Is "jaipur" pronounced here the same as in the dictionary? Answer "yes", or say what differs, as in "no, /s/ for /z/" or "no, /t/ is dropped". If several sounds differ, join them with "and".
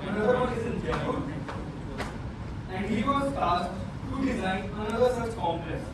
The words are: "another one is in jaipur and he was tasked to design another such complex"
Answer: no, /p/ is dropped